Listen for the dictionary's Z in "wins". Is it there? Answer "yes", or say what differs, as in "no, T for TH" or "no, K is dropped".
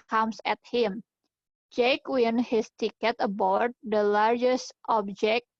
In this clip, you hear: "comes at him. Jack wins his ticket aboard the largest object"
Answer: no, Z is dropped